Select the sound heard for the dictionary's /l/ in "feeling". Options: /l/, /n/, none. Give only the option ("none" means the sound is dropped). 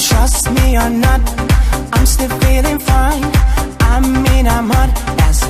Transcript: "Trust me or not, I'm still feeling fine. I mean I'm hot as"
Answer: /l/